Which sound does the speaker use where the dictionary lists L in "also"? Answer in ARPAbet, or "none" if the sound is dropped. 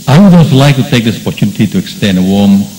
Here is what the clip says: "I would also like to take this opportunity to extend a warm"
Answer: none